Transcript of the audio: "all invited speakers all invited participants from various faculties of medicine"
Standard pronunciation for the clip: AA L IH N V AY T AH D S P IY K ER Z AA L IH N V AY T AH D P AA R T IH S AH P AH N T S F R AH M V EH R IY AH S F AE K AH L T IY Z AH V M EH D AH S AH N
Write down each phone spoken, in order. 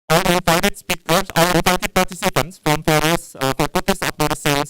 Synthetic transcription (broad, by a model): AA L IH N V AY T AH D S P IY K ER S AA L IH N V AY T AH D P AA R T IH S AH P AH N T S F R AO M F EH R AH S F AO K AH T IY S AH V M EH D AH S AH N